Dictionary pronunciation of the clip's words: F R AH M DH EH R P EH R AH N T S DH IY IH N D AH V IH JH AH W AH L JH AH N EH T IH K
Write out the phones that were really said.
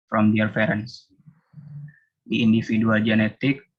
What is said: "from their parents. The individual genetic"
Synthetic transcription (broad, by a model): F R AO M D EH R F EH R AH N S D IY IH N D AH F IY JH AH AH L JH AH N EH T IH K